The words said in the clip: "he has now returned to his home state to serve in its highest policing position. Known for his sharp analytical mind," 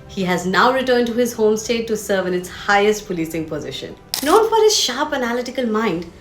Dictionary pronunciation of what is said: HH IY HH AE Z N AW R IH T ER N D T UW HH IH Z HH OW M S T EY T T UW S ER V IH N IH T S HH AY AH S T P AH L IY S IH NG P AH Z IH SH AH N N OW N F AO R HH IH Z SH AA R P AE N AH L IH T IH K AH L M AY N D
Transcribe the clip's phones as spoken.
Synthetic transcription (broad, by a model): HH IY HH AE Z N AW R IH T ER N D T UW HH IH Z HH OW M S T EY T T UW S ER V IH N IH T S HH AY AH S T P AH L IY S IH NG P AH Z IH SH AH N N OW N F AO R HH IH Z SH AA R P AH N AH L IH T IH K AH L M AY N D